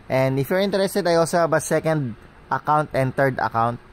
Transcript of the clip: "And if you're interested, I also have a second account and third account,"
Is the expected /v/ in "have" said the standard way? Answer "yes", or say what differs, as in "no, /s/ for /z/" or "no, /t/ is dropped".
no, /b/ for /v/